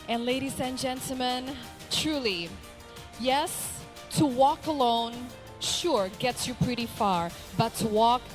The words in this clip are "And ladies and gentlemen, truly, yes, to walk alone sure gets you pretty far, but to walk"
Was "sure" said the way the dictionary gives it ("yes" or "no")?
yes